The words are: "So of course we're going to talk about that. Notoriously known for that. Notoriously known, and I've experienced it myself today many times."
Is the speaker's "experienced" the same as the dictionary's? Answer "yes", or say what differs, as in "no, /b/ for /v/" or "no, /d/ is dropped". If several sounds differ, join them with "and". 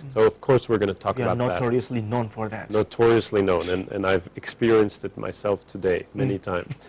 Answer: yes